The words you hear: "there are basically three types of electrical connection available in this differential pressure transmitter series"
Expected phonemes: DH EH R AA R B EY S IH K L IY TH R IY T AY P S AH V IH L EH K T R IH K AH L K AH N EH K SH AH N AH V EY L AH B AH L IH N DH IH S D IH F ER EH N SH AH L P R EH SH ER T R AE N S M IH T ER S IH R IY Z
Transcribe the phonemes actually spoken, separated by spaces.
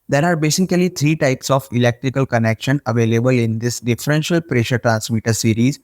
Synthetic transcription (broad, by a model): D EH R AA R B EY S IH K L IY T R IY T AY P S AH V IH L EH K T R IH K AH L K AH N EH K SH AH N AH V EY L AH B AH L IH N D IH S D IH F ER EH N SH AH L P R EH SH ER T R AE N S M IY T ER S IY R IY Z